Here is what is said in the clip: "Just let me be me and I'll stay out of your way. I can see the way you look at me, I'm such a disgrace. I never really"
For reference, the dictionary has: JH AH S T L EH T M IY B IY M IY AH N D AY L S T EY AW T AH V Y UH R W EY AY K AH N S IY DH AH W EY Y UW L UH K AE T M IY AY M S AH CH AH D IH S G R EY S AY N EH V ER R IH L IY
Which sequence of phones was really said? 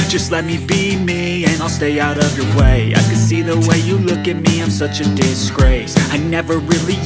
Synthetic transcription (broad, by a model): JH AH S T L EH T M IY B IY M IY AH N AY L S T EY AW T AH V Y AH R W EY AY K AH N S IY DH AH W EY Y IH L UH K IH T M IY AY M S AH CH AH D IH S G R EY S AY N EH V ER R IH L IY